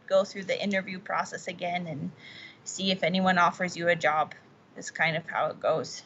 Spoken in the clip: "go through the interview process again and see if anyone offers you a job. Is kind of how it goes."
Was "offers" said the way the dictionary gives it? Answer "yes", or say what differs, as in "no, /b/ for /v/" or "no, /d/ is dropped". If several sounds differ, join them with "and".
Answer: yes